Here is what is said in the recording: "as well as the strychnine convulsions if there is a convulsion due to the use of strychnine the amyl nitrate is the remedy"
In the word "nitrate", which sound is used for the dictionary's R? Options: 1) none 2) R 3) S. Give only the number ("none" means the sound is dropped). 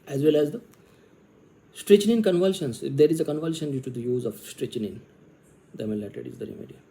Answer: 1